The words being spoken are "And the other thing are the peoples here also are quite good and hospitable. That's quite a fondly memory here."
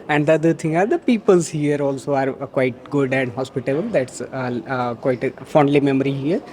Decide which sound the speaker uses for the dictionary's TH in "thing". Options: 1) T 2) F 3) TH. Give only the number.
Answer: 1